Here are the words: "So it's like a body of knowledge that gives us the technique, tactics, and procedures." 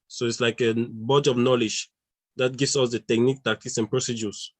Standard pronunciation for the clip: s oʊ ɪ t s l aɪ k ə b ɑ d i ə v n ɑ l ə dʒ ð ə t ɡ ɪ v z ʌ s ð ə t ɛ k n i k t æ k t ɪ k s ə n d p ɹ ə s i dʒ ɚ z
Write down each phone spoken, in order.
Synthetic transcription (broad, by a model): s oʊ ɪ t s l aɪ k ə b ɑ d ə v n ɑ l ə dʒ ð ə t ɡ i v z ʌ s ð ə t ɛ k n i k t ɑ k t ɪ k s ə n p ɹ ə s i dʒ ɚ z